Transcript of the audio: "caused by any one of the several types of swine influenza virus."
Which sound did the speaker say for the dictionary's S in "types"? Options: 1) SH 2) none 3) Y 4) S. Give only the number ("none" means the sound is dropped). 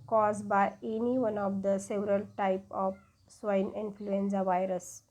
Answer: 2